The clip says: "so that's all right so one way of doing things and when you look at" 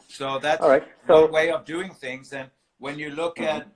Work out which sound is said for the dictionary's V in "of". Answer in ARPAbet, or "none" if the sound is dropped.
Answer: V